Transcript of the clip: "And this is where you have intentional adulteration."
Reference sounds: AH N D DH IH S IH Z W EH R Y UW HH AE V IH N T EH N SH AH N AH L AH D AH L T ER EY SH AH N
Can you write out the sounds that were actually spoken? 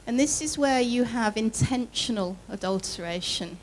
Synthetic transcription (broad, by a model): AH N DH IH S IH Z W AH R Y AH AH V IH N T EH N SH AH N AH L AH D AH L T ER EY SH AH N